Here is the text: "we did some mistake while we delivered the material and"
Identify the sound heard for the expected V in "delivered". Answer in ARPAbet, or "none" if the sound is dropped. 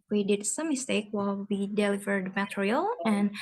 V